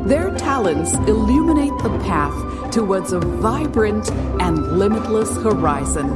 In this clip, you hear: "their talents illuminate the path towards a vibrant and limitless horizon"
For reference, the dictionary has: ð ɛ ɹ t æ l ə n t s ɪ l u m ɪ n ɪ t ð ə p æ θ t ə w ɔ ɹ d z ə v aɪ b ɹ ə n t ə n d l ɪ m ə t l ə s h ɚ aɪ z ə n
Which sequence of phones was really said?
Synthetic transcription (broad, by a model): ð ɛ ɹ t æ l ə n t s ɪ l u m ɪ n ɪ t ð ə p æ θ t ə w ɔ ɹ d z ə v aɪ b ɹ ə n t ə n l ɪ m ə t l ə s h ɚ aɪ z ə n